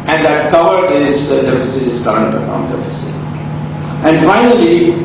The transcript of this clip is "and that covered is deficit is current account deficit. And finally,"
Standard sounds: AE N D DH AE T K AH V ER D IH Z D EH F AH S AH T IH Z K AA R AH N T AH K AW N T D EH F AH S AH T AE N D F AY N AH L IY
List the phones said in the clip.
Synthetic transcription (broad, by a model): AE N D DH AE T K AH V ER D IH Z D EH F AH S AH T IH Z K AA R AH T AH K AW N D EH F AH S AH T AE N D F AY N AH L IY